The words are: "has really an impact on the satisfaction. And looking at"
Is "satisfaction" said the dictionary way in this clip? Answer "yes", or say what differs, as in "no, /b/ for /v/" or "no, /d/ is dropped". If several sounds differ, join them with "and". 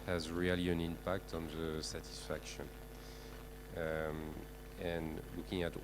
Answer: yes